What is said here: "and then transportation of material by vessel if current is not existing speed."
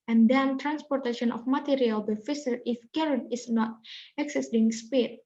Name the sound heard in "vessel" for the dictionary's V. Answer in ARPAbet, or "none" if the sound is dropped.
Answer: F